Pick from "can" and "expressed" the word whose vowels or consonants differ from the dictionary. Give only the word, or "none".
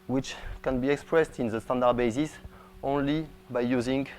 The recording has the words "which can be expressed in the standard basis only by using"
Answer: none